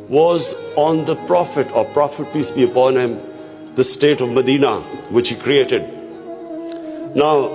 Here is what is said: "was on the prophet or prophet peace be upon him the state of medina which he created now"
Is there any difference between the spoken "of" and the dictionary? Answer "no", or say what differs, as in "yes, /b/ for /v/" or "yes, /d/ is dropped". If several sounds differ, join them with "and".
no